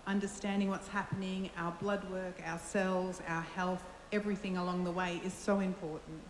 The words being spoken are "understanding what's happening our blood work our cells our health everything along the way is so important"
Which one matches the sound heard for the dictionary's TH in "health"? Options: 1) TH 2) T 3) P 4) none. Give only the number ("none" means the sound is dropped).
1